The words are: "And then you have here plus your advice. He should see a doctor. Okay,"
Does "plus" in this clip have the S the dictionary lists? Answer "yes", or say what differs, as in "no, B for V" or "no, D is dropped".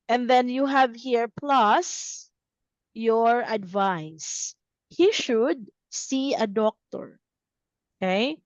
yes